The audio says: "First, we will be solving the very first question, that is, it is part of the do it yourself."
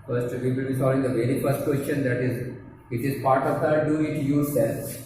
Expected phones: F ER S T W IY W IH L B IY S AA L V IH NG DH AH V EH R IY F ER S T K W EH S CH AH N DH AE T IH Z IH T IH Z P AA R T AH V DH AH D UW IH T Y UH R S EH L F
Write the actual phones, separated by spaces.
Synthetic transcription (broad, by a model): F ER S T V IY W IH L B IY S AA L IH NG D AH V EH R IY F ER S T K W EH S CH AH N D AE T IH Z IH T IH Z P AA R T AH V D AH D UW IH T Y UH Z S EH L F